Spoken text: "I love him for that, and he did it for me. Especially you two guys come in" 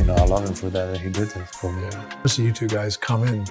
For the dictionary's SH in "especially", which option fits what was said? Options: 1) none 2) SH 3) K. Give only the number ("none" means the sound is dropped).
1